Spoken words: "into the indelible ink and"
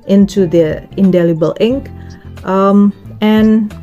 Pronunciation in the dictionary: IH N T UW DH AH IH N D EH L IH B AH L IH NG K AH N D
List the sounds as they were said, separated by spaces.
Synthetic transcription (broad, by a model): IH N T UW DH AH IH N D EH L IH B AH L IH NG K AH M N